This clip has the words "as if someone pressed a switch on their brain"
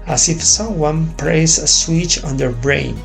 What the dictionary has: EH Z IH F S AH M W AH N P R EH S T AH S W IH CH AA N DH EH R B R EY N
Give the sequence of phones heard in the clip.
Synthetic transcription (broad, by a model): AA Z IH F S AH M W AH N P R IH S AH S W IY CH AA N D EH R B R EY N